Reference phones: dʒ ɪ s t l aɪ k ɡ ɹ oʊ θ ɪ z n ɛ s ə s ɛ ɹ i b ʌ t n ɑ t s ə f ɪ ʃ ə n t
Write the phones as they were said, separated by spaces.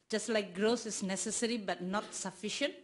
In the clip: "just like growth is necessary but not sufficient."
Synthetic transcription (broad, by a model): dʒ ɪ s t l aɪ k ɡ ɹ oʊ s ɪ s n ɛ s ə s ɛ ɹ i b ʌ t n ɑ t s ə f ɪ ʃ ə n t